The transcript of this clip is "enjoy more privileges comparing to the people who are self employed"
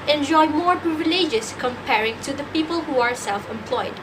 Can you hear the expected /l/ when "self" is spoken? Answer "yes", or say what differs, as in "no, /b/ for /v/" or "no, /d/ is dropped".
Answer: yes